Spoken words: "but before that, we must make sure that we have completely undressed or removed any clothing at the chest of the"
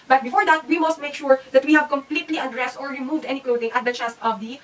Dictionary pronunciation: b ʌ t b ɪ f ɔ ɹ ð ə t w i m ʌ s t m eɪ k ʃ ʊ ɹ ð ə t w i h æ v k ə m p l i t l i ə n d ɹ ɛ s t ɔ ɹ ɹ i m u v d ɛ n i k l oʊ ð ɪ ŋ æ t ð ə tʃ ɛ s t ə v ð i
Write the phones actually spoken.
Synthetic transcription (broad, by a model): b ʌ t b ɪ f ɔ ɹ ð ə t w i m ʌ s t m eɪ k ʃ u ɹ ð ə t w i h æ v k ə m p l i t l i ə d ɹ ɛ s t ɔ ɹ ɹ i m u v d ɛ n i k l oʊ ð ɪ ŋ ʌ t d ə tʃ ɛ s t ə v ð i